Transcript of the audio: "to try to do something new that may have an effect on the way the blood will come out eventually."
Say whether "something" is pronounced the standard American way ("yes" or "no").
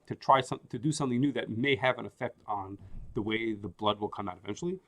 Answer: yes